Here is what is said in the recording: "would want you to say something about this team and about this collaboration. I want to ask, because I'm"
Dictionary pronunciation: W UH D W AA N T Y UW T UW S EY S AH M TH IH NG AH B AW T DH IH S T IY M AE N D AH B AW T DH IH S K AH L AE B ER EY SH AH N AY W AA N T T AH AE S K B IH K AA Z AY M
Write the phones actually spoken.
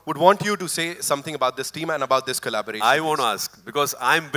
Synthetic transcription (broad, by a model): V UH D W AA N T Y UW T UW S EY S AH M T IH NG AH B AW T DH IH S T IY M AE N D AH B AW T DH IH S K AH L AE B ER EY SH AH IH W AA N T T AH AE S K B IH K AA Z AY M